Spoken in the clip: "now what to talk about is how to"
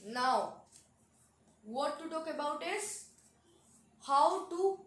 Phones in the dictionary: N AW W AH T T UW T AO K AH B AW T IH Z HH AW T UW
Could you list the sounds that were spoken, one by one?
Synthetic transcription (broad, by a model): N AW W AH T T UW T AO K AH B AW T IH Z HH AW T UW